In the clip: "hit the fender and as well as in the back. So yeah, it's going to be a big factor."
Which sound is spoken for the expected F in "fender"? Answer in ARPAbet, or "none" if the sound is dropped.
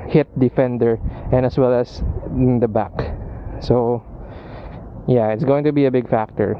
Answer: F